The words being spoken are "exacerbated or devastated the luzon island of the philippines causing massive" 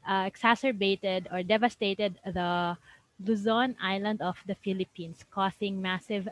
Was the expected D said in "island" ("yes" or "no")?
yes